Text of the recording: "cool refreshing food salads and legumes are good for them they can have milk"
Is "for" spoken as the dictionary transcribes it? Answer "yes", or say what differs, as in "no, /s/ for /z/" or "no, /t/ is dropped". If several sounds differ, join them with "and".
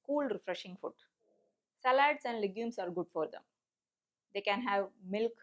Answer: yes